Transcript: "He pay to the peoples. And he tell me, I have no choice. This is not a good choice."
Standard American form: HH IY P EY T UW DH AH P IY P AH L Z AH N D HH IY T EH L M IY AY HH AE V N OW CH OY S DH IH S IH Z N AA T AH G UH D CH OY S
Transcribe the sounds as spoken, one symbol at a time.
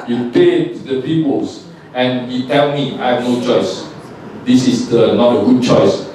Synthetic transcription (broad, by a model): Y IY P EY T UW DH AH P IY P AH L S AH N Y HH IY T EH L M IY AY HH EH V N OW CH OY S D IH S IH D N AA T AH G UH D CH OY S